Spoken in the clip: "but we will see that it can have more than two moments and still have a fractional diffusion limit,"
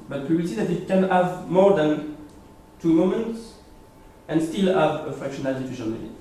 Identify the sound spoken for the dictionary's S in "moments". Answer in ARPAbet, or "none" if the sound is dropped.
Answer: S